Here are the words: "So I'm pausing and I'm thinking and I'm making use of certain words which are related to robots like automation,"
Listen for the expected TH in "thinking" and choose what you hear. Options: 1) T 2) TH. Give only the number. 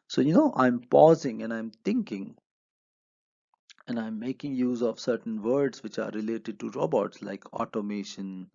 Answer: 1